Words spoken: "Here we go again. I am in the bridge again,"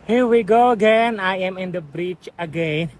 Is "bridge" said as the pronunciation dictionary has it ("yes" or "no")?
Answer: no